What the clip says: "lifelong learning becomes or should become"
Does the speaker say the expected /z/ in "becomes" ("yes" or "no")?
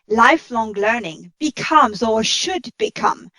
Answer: yes